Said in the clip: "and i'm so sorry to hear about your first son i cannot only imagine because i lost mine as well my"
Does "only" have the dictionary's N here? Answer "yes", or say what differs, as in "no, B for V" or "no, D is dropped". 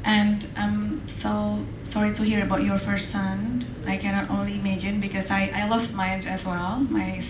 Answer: yes